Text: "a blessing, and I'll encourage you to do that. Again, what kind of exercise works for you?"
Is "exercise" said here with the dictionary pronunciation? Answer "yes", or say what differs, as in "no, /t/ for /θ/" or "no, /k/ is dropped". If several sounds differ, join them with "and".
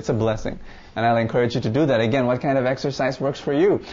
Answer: yes